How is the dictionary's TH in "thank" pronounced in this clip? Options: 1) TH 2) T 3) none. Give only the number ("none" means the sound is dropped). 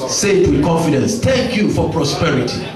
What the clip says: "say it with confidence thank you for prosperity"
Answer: 2